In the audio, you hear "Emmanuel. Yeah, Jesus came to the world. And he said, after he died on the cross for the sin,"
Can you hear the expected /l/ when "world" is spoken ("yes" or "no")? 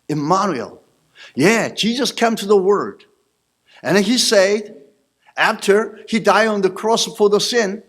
no